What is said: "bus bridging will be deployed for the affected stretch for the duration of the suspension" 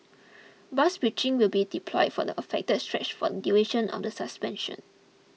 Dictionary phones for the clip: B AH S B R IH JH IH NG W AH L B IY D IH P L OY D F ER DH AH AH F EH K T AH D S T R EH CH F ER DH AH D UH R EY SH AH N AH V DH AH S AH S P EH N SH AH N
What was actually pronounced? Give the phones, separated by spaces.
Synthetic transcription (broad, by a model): B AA S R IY CH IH NG W AH L B IY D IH P L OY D F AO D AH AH F EH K T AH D S T R EH CH F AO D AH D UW EY SH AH N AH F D AH S AH S P EH N SH AH N